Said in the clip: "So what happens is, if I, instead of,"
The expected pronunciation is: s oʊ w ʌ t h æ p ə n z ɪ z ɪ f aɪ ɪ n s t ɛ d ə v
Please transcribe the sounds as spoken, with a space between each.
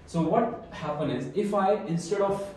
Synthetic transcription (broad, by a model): s oʊ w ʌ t h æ p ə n ɪ z ɪ f aɪ ɪ n s t ɛ d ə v